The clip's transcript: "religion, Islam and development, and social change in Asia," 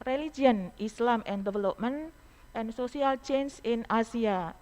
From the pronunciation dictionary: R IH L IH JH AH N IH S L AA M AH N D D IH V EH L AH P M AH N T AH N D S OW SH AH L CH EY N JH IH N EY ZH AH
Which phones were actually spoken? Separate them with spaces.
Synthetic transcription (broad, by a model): R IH L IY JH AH N IH S L AA M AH N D D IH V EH L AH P M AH N T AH N S OW S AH L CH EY N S IH N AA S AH